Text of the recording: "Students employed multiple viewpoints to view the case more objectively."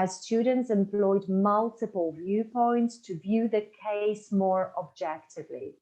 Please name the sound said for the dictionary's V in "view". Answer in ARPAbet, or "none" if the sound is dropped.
V